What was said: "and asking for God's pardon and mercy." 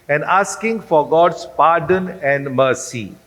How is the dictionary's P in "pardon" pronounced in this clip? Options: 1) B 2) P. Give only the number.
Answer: 2